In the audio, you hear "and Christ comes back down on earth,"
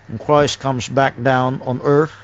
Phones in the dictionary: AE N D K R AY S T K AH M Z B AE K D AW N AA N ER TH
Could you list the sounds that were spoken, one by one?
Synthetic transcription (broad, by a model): N K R AY S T K AH M Z B AE K D AW N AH N ER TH